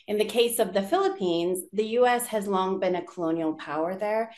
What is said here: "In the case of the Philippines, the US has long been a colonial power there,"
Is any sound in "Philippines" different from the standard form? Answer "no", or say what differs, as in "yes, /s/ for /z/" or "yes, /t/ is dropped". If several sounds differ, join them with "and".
no